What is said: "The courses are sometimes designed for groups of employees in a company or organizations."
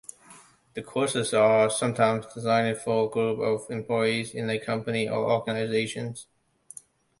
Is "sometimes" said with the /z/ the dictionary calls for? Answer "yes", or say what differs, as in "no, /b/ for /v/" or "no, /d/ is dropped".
yes